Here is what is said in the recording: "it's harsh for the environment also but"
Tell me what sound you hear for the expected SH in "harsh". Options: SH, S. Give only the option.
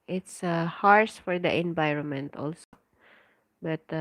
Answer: S